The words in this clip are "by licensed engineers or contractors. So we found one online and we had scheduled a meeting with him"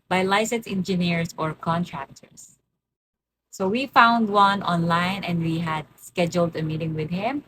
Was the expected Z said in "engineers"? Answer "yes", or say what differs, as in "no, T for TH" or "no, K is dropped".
no, S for Z